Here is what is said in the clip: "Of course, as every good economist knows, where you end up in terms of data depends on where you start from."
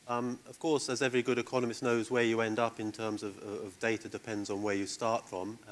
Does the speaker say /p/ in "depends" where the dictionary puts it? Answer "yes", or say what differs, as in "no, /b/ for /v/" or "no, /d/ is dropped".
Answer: yes